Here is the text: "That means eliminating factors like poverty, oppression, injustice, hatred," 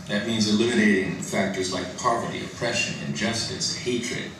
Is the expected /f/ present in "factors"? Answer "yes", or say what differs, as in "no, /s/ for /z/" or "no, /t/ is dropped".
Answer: yes